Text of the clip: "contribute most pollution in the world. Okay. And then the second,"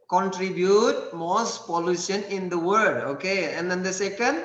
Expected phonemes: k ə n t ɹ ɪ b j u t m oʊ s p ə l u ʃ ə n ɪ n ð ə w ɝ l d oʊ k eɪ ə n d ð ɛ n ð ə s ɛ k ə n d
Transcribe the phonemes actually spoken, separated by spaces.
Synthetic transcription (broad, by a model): k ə n t ɹ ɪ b j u t m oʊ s p ə l u ʃ ə n ɪ n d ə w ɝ d oʊ k eɪ ə n d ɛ n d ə s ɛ k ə n d